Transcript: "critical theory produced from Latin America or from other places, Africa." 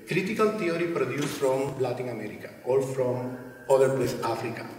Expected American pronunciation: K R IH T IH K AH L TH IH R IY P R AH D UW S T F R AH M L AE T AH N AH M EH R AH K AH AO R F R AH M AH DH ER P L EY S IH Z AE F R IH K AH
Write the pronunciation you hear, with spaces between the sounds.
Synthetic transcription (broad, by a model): K R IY T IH K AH L T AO R IY P R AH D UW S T F R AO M L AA T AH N AH M EH R AH K AH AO L F R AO M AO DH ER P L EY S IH F R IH K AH